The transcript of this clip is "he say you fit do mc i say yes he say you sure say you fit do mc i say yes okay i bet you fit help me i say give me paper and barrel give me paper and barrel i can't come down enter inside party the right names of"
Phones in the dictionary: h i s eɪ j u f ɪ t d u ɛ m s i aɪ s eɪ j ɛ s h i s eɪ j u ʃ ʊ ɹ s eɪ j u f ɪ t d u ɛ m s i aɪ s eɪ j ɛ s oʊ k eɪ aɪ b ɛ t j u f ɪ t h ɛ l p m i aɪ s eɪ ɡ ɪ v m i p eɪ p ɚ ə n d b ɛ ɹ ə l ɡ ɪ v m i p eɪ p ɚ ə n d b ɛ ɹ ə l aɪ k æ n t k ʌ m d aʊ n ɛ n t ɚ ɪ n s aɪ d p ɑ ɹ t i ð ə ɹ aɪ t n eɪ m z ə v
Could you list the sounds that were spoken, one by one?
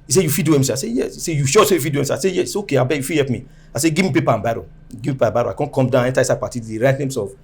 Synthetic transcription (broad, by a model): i s eɪ j u f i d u ɛ m s i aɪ s eɪ j ɛ s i s eɪ j u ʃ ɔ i s eɪ j u f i d u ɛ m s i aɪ s eɪ j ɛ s oʊ k eɪ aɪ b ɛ j u f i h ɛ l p m i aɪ s eɪ ɡ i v m i p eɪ p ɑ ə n b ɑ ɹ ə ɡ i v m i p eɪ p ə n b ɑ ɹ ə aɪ k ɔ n k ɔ m d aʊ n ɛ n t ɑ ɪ s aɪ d p ɑ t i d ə ɹ aɪ t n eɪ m s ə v